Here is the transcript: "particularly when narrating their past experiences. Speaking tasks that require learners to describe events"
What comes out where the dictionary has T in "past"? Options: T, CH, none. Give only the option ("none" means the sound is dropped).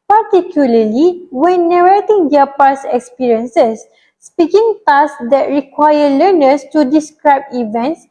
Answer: none